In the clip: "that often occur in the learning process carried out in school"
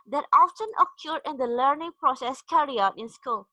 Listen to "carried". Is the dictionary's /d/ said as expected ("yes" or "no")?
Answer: no